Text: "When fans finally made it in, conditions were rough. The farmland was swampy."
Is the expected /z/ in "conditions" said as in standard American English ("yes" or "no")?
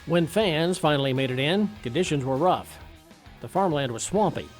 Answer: yes